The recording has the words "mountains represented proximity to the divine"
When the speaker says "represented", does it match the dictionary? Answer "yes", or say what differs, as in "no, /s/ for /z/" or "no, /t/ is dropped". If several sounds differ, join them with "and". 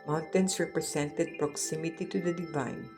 no, /s/ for /z/